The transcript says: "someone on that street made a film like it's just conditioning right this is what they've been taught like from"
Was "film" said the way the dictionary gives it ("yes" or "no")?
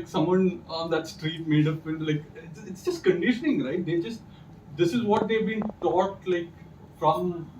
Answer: no